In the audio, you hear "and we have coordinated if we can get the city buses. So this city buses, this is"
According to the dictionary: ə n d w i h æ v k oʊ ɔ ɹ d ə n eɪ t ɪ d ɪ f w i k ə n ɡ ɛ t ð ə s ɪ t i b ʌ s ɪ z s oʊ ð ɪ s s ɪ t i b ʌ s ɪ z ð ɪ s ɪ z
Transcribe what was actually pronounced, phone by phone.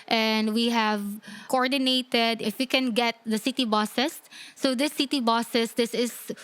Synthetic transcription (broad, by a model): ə n d w i h æ v k oʊ ɔ ɹ d ə n eɪ t ɪ d ɪ f w i k ə n ɡ ɛ t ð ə s ɪ t i b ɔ s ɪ s oʊ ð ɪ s s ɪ t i b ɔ s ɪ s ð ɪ s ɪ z